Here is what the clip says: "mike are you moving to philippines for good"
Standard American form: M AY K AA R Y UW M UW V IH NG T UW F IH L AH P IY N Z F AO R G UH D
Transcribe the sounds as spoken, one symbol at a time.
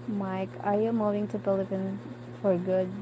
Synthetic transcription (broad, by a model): M AY K AA R Y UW M UW V IH NG T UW P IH L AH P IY N F AO R G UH D